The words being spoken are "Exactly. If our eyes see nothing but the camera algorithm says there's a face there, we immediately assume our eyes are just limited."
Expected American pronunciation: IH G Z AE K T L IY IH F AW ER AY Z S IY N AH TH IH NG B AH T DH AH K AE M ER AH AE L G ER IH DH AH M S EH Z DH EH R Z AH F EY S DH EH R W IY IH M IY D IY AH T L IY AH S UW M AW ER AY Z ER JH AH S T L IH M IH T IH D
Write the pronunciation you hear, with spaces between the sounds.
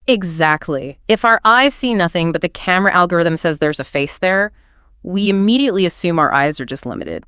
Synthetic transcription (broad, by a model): IH G Z AE K T L IY IH F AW ER AY Z S IY N AH TH IH NG B AH T DH AH K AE M ER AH AE L G ER IH DH AH M S EH Z DH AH R Z AH F EY S DH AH R W IY IH M IY D IY AH T L IY AH S UW M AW ER AY Z ER JH AH S T L IH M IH T IH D